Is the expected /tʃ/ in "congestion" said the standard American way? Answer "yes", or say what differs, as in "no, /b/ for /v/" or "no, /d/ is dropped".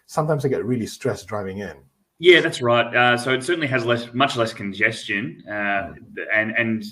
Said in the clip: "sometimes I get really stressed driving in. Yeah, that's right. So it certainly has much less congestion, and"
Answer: yes